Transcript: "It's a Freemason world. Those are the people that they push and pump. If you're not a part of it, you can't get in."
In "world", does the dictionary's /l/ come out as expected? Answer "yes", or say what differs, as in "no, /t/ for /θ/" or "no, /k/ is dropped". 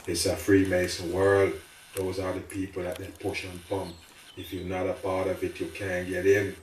yes